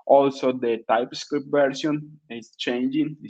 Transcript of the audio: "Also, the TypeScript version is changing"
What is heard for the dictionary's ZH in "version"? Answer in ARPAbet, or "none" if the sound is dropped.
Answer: S